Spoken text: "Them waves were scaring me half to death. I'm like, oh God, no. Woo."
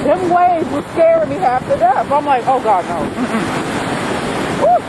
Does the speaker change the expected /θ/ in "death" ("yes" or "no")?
yes